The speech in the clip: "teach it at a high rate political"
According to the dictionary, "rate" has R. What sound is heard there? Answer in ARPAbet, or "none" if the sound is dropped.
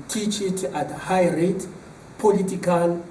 R